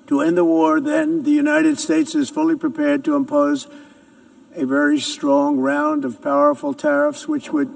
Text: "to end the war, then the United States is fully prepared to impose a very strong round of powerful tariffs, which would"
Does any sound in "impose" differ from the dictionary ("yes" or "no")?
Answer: no